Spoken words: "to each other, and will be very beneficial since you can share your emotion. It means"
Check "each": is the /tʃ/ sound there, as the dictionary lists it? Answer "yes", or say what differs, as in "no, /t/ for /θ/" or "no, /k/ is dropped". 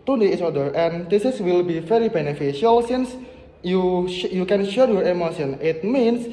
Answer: no, /s/ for /tʃ/